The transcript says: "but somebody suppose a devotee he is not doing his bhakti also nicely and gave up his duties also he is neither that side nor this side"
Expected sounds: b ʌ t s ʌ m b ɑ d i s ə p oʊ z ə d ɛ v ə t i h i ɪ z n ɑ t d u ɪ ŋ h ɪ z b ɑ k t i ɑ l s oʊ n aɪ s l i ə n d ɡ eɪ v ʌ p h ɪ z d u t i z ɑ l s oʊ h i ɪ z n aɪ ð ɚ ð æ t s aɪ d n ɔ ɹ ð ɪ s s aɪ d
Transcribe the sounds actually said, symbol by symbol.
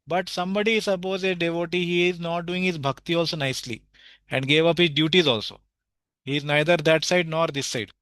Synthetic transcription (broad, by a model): b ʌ t s ʌ m b ɑ d i s ə p oʊ z ə d ɛ v ə t i h i ɪ z n ɑ t d u ɪ ŋ h ɪ z b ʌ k t i ɑ l s oʊ n aɪ s l i ə n d ɡ eɪ v ʌ p h ɪ z d u t i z ɑ l s oʊ h i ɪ z n aɪ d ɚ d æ t s aɪ d n ɔ ɹ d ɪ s s aɪ d